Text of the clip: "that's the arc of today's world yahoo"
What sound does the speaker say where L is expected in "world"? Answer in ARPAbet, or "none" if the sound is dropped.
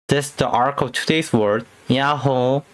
none